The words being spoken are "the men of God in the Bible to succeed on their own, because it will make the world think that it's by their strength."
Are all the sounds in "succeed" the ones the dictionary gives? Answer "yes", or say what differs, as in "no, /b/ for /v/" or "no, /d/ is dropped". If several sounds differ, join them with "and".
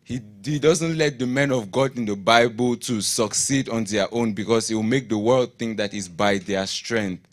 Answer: yes